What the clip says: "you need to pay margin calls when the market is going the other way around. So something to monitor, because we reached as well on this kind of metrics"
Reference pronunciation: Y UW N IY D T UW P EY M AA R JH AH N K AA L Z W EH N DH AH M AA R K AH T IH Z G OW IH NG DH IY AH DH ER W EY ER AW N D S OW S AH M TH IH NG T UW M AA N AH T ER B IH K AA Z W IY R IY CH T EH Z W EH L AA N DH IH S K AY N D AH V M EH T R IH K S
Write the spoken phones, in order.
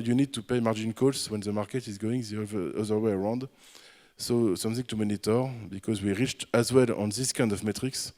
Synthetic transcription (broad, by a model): Y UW N IY D T UW P EY M AA R JH AH N K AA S W EH N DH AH M AA R K AH T IH Z G OW IH NG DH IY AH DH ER W EY ER AW N D S OW S AH M TH IH NG T UW M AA N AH T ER B IH K AA Z W IY R IY CH T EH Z W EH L AA N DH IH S K AY N D AH V M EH T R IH K S